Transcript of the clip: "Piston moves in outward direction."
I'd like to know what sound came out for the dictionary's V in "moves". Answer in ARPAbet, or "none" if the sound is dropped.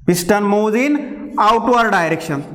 none